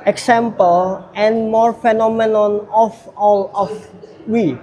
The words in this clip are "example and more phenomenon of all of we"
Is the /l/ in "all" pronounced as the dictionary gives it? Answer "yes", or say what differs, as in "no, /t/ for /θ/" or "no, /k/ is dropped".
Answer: yes